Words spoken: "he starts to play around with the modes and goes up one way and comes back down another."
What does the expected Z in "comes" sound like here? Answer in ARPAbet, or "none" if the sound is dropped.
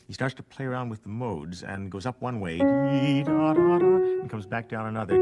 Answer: Z